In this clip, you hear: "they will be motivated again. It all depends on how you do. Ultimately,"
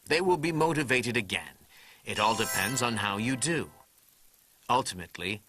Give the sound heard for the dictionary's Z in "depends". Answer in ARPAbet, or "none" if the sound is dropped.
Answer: Z